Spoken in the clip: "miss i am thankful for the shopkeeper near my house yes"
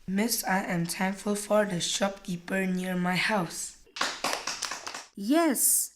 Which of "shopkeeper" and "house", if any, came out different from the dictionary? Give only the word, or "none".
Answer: none